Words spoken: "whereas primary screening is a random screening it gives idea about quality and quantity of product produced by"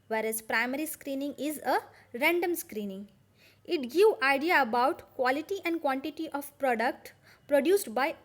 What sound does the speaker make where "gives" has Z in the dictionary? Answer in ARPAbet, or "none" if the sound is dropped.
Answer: none